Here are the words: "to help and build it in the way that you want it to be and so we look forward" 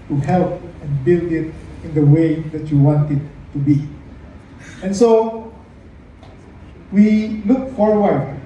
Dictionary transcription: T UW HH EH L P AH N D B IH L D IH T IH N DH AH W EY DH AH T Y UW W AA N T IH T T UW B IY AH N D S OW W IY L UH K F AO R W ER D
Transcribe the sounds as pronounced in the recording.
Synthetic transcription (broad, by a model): T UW HH EH L P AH N B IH L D IH T IH N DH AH W EY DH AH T Y UW W AA N T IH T T UW B IY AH N S OW W IY L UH K F AO R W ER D